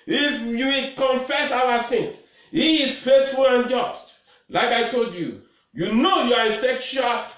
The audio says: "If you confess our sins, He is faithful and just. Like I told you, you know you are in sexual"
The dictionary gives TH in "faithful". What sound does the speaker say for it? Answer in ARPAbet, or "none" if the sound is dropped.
S